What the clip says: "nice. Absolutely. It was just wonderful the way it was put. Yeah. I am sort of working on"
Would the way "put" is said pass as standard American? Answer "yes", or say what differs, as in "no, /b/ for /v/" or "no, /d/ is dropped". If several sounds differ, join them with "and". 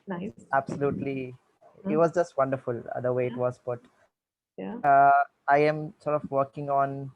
no, /b/ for /p/